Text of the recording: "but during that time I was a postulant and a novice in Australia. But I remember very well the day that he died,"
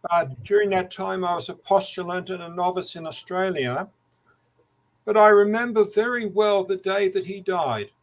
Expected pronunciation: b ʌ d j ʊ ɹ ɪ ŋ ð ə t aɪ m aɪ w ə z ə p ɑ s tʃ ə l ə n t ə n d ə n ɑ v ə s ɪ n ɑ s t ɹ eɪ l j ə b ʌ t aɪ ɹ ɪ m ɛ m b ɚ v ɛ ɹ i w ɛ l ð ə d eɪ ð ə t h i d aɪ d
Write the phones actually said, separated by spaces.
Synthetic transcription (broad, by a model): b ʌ d j ʊ ɹ ɪ ŋ ð ə t aɪ m aɪ w ə z ə p ɑ s tʃ ə l ə n t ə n ə n ɑ v ə s ɪ n ɑ s t ɹ eɪ l j ə b ʌ t aɪ ɹ ɪ m ɛ m b ɚ v ɛ ɹ i w ɛ l ð ə d eɪ ð ə t h i d aɪ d